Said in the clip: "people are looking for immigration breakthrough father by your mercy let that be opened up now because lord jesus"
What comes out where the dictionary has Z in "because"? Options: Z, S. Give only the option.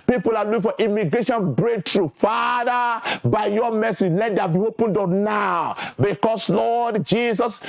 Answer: S